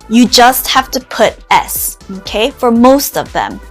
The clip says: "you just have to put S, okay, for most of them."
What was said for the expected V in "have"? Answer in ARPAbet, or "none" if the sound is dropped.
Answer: F